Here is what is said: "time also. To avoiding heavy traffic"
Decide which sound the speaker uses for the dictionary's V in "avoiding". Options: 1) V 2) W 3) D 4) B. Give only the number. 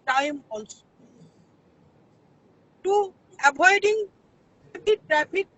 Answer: 4